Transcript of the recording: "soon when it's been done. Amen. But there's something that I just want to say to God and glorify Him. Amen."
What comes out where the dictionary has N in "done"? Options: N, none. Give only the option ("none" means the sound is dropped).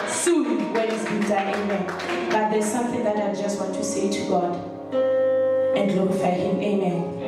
none